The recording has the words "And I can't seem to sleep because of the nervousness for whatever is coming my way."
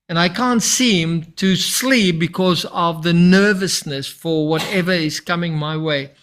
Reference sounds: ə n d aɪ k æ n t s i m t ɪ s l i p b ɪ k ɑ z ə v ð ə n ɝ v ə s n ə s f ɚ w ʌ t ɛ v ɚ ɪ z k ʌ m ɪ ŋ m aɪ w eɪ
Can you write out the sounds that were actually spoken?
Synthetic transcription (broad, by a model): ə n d aɪ k æ n t s i m t ɪ s l i p b ɪ k ɑ z ə v ð ə n ɝ v ə s n ə s f ɚ w ʌ t ɛ v ɚ ɪ z k ʌ m ɪ ŋ m aɪ w eɪ